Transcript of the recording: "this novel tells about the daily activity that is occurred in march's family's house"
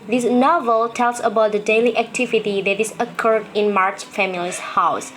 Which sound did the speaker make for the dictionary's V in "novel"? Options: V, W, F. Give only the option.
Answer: V